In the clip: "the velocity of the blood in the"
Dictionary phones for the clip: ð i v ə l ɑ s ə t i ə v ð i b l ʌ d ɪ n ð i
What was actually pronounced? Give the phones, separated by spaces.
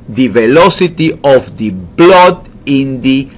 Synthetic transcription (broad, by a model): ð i v ə l ɑ s ə t i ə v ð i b l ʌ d ɪ n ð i